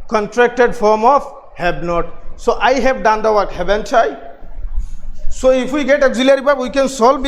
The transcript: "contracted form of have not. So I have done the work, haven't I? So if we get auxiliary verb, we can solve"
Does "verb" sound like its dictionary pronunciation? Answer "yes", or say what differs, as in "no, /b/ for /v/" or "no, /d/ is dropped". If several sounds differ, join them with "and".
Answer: no, /b/ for /v/